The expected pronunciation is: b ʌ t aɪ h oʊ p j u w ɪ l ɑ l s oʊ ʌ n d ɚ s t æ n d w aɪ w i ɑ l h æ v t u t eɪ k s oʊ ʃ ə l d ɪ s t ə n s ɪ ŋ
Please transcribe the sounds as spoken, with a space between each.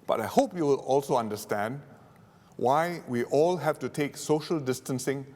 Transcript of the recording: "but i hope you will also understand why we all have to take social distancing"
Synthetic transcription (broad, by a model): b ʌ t aɪ h oʊ p j u w ɪ l ɑ l s oʊ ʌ n d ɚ s t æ n d w aɪ w i ɑ l h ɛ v t u t eɪ k s oʊ ʃ ə l d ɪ s t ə n s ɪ ŋ